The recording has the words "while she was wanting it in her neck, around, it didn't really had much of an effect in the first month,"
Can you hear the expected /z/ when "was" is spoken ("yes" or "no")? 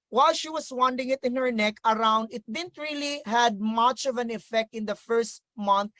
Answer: no